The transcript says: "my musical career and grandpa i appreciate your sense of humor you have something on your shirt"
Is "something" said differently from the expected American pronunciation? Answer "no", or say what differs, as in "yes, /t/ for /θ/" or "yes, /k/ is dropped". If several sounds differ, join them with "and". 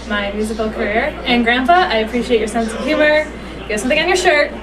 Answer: no